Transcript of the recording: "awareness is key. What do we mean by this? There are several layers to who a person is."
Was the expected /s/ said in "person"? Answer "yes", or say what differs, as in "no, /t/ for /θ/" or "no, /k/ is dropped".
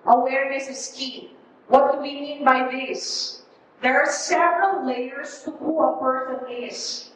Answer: no, /θ/ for /s/